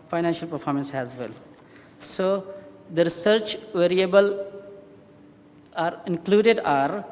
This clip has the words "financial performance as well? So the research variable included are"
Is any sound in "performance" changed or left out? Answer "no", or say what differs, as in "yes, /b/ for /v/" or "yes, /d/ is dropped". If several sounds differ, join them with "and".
no